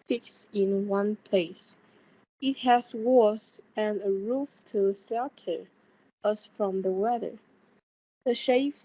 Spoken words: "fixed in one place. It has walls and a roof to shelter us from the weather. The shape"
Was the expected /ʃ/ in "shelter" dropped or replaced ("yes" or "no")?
yes